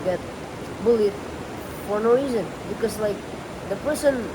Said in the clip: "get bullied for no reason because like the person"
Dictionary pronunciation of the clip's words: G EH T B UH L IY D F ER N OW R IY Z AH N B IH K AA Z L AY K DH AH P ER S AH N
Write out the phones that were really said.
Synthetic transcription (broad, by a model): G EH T B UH L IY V F ER N OW R IY Z AH N B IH K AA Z L AY K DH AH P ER S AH N